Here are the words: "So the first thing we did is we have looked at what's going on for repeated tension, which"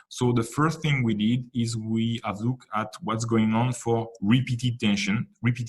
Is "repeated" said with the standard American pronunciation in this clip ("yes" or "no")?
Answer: yes